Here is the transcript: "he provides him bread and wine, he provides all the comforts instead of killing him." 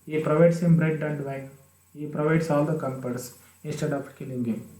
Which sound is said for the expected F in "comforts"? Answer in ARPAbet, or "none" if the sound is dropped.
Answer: P